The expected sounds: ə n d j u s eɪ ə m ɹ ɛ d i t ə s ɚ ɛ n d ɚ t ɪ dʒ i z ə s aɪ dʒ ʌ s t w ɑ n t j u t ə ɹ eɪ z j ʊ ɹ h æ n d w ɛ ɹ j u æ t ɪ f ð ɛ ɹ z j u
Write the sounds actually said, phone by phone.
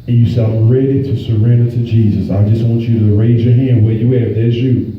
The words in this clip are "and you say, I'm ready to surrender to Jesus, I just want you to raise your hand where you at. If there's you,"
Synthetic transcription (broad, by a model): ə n j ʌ s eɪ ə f ɹ ɛ d i t ə s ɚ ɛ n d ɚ t ɪ dʒ i z ə s aɪ dʒ ʌ s t w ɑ n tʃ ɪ t ə ɹ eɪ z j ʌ ɹ h æ n d w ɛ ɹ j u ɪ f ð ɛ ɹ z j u